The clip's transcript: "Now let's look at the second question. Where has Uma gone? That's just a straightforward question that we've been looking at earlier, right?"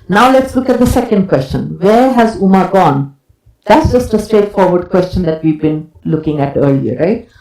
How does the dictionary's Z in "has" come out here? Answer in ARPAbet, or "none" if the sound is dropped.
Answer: Z